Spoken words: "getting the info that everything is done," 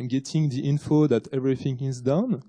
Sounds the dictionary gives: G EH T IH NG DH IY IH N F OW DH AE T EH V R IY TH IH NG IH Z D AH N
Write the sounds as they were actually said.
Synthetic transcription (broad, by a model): G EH T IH NG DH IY IH N F OW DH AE T EH V R IY TH IH NG IH Z D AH N